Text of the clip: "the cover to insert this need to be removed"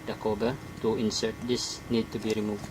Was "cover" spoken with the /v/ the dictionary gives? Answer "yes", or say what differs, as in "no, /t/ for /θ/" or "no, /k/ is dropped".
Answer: no, /b/ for /v/